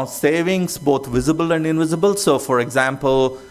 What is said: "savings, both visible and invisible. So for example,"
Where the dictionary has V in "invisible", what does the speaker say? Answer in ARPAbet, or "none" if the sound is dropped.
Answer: V